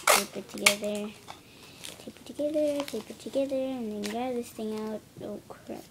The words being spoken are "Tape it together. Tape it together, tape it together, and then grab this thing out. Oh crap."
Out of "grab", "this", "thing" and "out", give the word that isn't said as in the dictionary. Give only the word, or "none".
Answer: grab